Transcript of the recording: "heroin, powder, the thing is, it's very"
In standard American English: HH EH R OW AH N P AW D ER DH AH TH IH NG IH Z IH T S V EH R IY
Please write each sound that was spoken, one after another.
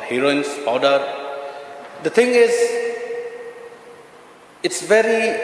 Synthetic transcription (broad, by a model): HH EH R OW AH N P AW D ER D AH T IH NG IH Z IH T S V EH R IY